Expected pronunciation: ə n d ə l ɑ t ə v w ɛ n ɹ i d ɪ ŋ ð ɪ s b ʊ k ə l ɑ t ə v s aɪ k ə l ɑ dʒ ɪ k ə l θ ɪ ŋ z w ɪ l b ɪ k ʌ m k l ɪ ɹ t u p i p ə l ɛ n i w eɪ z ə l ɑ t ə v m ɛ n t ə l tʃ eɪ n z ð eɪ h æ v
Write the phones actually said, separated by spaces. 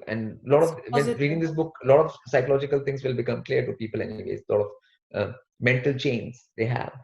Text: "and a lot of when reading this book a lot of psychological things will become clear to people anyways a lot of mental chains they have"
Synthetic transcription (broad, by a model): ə n d l ɑ t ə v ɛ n ɹ i d ɪ ŋ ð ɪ s b ʊ k ə l ɑ t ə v s aɪ k ə l ɑ dʒ ɪ k ə l t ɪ ŋ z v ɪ l b ɪ k ʌ m k l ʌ ɹ t u p i p ə l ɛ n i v eɪ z l ɑ t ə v m ɛ n t ə l tʃ eɪ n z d eɪ h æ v